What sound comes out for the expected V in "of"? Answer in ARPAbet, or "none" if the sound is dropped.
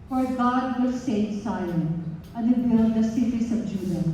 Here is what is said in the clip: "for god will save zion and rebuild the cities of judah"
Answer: B